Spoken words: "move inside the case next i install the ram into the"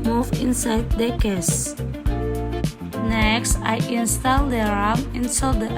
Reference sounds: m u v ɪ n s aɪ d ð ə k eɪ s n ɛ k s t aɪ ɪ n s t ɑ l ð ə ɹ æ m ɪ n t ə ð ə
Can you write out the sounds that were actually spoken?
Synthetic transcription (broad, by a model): m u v ɪ n s aɪ d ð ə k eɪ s n ɛ k s t aɪ ɪ n s t ɑ l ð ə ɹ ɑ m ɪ n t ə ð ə